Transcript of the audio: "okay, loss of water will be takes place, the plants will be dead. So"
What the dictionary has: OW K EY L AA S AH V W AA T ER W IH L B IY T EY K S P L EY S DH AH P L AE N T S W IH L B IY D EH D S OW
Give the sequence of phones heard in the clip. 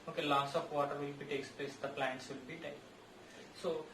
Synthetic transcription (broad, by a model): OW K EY L AA S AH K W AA T ER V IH L B IY T EY K S P L EY S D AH P L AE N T S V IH L B IY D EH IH S OW